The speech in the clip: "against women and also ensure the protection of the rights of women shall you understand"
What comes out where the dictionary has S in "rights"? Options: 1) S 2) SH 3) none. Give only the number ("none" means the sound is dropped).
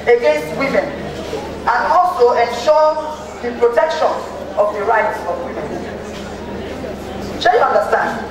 3